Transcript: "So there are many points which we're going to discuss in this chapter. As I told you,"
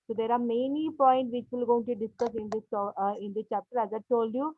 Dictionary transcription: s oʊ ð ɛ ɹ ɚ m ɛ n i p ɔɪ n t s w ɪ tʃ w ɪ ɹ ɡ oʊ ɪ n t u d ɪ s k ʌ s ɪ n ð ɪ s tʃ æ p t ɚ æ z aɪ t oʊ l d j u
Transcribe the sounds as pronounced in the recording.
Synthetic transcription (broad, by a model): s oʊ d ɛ ɹ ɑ m ɛ n i p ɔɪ n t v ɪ tʃ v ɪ l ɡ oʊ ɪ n t u d ɪ s k ʌ s ɪ n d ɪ s tʃ æ p t ɚ æ z aɪ t oʊ l d j u